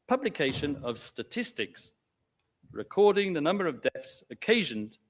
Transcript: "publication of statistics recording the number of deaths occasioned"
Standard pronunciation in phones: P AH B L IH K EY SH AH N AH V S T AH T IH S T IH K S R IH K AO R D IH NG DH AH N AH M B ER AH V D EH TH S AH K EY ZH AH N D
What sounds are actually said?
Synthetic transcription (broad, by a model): P AH B L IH K EY SH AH N AH V S T AH T IH S T IH K S R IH K AO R D IH NG DH AH N AH M B ER AH V D EH TH S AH K EY ZH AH N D